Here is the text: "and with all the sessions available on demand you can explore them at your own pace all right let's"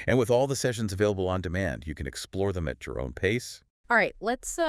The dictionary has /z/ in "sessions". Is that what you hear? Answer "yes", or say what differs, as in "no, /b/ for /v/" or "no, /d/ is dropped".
yes